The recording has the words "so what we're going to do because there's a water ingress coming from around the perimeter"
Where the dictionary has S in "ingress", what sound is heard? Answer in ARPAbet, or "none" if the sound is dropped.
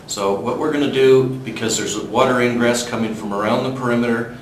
S